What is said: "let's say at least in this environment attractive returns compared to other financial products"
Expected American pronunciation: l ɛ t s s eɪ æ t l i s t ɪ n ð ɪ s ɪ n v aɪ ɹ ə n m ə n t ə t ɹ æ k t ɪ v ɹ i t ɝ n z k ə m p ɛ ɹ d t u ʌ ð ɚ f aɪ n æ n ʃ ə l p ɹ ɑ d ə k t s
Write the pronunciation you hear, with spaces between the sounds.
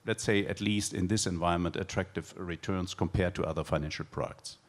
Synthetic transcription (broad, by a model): l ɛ t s s eɪ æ t l i s t ɪ n ð ɪ s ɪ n v aɪ ə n m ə n t ə t ɹ æ k t ɪ v ɹ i t ɝ n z k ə m p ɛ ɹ d t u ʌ ð ɚ f aɪ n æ n ʃ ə l p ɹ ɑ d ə k t s